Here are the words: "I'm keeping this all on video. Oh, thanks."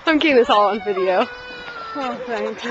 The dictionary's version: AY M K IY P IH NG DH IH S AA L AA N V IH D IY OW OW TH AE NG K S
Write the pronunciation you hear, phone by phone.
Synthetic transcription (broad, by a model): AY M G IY IH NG DH IH S AA L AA N V IH D IY OW OW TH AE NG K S